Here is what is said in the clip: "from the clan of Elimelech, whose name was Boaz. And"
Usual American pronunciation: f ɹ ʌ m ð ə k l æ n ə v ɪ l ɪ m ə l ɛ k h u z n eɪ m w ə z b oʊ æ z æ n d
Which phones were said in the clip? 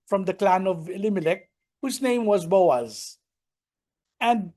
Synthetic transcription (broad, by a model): f ɹ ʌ m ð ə k l æ n ə v ɪ l ɪ m ə l ɛ k h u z n eɪ m w ə z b oʊ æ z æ n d